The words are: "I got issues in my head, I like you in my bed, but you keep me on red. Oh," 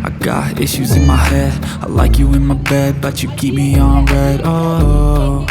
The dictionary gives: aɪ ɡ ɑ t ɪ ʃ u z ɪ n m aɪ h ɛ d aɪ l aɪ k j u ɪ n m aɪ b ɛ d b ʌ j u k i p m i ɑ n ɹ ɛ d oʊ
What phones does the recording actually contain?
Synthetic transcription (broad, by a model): aɪ ɡ ɑ t ɪ ʃ u z ɪ n m aɪ h ɛ d aɪ l aɪ k j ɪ ɪ n m aɪ b ɛ d b ʌ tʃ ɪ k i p m i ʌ n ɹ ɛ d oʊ